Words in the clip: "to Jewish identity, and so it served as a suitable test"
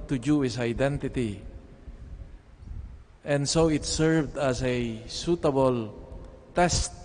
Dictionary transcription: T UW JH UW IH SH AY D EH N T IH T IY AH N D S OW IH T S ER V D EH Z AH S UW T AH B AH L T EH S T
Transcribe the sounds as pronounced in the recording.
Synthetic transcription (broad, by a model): T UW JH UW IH S AY D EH N T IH T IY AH N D S OW IH T S ER V D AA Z AH S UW T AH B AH L T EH S T